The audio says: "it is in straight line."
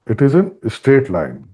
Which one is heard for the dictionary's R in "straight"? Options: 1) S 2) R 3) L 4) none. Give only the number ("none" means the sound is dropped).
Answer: 4